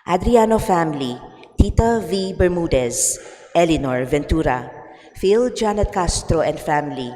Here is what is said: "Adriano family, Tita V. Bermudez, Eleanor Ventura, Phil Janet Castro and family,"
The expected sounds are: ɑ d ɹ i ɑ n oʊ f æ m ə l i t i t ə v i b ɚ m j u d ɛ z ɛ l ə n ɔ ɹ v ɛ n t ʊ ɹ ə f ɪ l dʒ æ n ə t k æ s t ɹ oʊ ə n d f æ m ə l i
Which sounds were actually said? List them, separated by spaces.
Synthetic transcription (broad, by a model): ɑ d ɹ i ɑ n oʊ f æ m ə l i t i t ə v i b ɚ m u d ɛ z ɛ l ə n ɔ ɹ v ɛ n t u ɹ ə f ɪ l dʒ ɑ n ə t k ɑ s t ɹ oʊ ə n d f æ m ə l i